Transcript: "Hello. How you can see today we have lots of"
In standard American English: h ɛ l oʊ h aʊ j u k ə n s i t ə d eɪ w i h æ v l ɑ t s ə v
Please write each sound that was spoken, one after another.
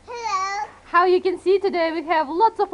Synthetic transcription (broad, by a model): h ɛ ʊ j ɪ k ə n s i t ə d eɪ w i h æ v l ɑ t s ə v